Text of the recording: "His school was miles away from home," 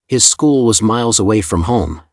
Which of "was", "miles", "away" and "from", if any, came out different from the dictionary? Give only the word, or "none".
none